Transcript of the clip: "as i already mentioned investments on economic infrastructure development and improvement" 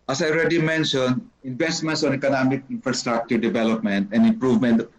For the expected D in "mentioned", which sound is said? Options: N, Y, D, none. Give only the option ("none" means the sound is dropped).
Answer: none